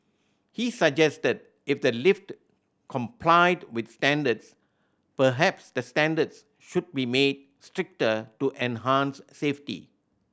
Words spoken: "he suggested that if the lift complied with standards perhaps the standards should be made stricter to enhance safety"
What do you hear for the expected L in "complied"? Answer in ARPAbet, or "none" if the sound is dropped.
L